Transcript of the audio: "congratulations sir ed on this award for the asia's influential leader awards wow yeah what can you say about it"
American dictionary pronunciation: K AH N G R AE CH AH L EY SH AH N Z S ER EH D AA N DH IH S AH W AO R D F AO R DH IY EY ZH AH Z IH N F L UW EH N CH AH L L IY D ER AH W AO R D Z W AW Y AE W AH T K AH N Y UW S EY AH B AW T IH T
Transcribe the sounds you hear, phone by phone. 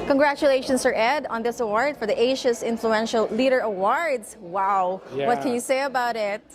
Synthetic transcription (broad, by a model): K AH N G R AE CH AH L EY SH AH N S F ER EH D AA N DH IH S AH W AO R D F AO R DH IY EY SH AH S IH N F L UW EH N SH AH L L IY D ER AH W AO R D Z W AW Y W AH T K AH N Y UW S EY AH B AW T IH T